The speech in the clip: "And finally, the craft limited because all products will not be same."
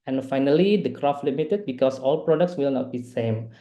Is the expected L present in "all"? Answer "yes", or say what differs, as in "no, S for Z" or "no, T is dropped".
yes